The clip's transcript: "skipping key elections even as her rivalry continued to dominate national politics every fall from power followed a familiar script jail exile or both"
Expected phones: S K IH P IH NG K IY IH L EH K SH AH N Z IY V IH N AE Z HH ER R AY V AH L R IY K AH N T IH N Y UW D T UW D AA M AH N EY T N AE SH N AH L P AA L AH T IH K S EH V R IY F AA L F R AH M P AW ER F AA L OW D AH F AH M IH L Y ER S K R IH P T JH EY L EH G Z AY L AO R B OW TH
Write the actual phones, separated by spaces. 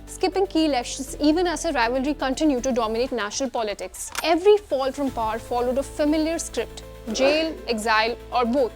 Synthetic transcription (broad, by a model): S K IH P IH NG K IY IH L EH K SH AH N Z IY V IH N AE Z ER R AY V AH L R IY K AH N T IH N Y UW D T UW D AA M AH N EY T N AE SH N AH L P AA L AH T IH K S EH V R IY F AA L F R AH M P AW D F AA L OW D AH F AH M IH L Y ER S K R IH P T JH EY L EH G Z AY L AO R B OW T